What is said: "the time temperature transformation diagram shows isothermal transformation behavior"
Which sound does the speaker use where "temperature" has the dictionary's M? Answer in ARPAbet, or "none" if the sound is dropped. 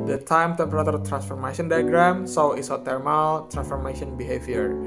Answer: none